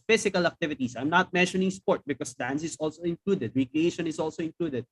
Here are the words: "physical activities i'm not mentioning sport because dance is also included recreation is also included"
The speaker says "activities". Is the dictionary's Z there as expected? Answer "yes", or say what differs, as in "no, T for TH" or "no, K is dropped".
no, S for Z